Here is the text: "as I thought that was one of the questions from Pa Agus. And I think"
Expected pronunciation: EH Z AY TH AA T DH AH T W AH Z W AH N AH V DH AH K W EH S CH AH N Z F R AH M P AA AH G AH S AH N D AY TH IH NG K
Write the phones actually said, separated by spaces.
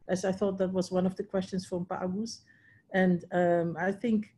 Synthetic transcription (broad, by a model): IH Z AY TH AA T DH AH T W AH Z W AH N AH V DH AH K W EH S CH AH N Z F R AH M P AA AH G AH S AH N D AY TH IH NG K